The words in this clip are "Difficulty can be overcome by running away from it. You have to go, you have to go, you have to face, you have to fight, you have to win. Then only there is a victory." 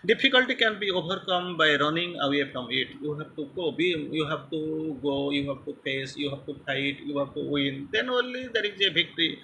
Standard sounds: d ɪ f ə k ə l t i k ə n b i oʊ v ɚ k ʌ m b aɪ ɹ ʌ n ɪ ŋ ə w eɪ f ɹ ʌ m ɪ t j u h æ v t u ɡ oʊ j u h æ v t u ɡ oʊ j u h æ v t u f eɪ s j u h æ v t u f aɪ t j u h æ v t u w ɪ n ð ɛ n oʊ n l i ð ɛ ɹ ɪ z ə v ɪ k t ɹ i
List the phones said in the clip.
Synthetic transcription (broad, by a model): d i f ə k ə l t i k ə n b i oʊ b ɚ k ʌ m b aɪ ɹ ʌ n ɪ ŋ ə w eɪ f ɹ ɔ m ɪ t j u h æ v t u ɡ oʊ j u h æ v t u ɡ oʊ j u h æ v t u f eɪ s j u h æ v t u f aɪ t j u h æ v t u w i n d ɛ n oʊ n l i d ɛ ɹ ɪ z ə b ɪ k t ɹ i